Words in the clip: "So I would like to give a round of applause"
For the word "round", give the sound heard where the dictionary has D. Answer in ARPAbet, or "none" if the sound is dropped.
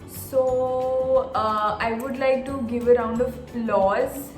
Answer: D